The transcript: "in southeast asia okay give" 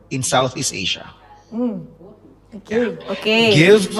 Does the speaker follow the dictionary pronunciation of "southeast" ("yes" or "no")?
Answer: yes